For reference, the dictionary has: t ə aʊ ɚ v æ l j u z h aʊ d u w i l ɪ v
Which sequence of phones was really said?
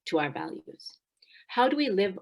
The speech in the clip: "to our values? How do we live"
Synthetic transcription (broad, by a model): t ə aʊ ɚ v æ l j u z h aʊ d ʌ w i l ɪ v